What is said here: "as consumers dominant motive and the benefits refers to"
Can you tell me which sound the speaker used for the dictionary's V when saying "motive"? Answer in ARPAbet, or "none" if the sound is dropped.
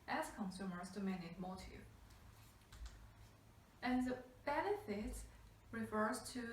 none